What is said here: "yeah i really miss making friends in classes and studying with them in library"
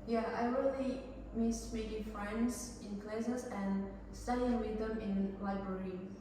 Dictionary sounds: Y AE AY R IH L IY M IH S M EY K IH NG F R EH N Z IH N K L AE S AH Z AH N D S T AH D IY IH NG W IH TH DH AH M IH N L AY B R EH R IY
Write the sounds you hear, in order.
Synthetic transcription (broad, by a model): Y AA AY W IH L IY M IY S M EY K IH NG F R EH N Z IH N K L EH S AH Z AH N S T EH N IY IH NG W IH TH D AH M IH N L AY B R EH R IY